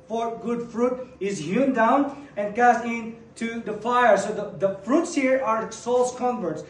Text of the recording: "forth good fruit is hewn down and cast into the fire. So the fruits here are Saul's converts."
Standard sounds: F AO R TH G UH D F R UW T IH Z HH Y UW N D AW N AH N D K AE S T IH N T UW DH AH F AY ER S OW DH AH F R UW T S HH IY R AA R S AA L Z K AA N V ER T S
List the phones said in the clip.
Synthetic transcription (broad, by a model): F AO R G UH D F R UW T IH Z HH Y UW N D AW N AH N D K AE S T IH N T UW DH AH F AY ER S OW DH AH F R UW T S HH IY R AA R S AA L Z K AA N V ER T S